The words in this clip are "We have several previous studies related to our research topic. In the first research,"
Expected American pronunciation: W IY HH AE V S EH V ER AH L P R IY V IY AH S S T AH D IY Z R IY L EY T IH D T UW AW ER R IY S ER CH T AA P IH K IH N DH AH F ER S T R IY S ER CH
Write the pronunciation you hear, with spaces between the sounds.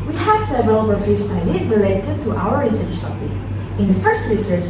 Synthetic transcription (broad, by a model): W IY HH AE V S EH V ER AH L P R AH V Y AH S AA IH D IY R IY L EY T IH D T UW AW ER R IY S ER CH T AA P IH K IH N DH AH F ER S T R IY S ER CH